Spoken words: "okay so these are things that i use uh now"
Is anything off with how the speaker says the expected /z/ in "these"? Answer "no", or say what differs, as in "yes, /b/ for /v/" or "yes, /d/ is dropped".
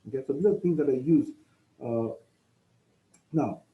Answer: yes, /z/ is dropped